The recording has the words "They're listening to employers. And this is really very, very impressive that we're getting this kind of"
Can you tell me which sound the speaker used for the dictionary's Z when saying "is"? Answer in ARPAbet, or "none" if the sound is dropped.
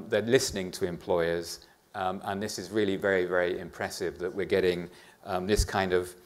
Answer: Z